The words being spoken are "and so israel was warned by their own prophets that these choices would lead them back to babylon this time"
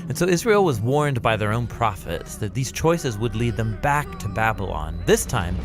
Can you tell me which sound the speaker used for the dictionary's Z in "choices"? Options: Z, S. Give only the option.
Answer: Z